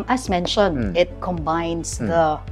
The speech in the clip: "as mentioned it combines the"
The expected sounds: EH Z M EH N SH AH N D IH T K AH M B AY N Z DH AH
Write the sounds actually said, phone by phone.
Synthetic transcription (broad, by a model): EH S M EH N SH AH N IH T K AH M B AY N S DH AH